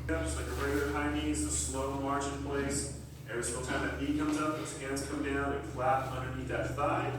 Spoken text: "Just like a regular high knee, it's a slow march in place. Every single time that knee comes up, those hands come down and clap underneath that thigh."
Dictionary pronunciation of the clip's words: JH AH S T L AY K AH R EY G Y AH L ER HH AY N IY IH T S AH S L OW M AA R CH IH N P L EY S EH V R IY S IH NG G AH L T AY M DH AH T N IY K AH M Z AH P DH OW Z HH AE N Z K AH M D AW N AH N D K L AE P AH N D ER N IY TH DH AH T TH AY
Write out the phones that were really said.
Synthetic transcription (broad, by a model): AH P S L AY K AH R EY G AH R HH AY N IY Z AH S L OW M AA R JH IH N P L EY S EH R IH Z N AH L T AY M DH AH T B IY K AH M Z AH P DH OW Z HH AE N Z K AH M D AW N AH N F L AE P AH N D ER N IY T DH AH T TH AY